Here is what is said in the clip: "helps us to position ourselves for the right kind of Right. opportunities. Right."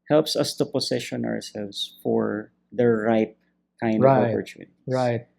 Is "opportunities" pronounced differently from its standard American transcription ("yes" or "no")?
yes